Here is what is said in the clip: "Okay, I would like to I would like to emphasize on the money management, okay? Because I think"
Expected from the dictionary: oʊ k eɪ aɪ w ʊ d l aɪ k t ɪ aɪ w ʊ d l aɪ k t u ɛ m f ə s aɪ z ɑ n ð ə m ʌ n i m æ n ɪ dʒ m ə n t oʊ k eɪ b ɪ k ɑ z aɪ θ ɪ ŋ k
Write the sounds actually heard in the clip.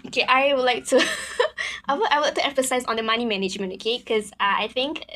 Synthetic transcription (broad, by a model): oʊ k eɪ aɪ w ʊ d l aɪ k t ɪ aɪ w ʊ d l aɪ k t u ɛ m f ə s aɪ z ɑ n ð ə m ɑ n i m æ n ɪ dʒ m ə n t oʊ k eɪ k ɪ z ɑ aɪ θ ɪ ŋ k